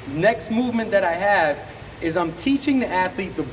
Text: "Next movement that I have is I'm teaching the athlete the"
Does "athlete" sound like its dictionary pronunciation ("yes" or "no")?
yes